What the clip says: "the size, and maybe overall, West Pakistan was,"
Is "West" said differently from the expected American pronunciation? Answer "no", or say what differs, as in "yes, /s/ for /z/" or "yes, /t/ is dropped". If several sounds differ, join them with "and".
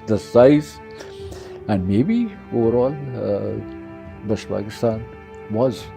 yes, /ʃ/ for /s/